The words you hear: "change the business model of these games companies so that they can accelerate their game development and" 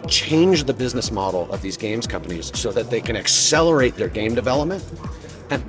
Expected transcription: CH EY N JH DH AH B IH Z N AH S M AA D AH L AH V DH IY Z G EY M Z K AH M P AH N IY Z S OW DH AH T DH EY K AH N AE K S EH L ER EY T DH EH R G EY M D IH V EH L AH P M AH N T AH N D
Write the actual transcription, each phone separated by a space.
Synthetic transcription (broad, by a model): CH EY N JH DH AH B IH Z N AH S M AA D L AH V DH IY Z G EY M Z K AH M P AH N IY Z S OW DH AH T DH EY K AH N AE K S EH L ER EY T DH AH R G EY M D IH V EH L AH P M AH N T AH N